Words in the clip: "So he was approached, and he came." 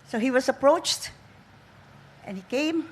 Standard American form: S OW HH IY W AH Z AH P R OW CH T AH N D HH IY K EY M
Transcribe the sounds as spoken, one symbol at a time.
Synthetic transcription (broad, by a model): S OW HH IY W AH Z AH P R OW CH T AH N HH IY K EY M